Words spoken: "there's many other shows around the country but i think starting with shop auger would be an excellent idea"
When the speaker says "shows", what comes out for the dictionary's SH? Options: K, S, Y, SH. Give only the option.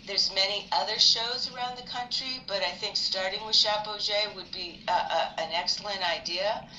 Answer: SH